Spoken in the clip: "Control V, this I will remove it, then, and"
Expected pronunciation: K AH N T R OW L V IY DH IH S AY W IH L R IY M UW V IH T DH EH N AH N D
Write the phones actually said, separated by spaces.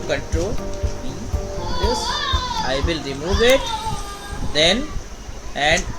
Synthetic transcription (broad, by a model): K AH N T R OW L B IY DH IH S AY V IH L R IY M UW V IH T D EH N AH N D